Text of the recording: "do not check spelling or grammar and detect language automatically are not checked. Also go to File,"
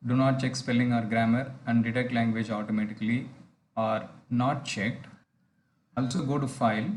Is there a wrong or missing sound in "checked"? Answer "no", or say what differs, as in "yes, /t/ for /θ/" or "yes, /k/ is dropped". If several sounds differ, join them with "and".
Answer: no